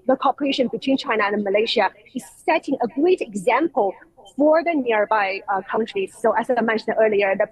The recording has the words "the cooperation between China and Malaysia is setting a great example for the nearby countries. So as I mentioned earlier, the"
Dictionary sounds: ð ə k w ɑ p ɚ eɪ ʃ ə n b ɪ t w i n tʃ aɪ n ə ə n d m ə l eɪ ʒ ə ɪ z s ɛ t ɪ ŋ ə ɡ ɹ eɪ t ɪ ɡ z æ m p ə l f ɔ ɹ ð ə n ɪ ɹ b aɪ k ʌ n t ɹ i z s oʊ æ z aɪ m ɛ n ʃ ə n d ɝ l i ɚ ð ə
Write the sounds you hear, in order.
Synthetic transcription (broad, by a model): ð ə k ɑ p ɚ eɪ ʃ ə n b ɪ t w i n tʃ aɪ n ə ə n m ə l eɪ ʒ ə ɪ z s ɛ t ɪ ŋ ə ɡ ɹ eɪ t ɪ ɡ z æ m p ə l f ɔ ɹ ð ə n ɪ ɹ b aɪ k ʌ n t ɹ i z s oʊ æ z aɪ m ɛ n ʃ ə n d ɝ l i ɚ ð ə